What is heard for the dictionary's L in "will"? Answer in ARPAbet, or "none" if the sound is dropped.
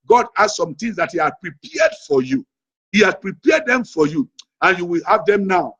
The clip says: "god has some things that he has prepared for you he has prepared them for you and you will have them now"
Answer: L